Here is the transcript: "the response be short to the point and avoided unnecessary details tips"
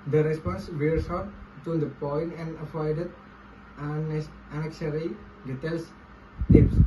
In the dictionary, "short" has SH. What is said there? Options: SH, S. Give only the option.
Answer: S